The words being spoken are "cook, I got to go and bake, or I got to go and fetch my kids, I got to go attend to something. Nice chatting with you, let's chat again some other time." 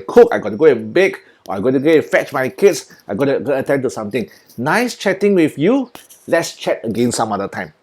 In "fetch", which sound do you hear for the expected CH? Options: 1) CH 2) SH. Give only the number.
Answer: 1